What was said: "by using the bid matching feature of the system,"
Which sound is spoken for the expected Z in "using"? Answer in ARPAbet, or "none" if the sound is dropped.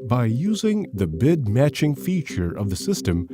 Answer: Z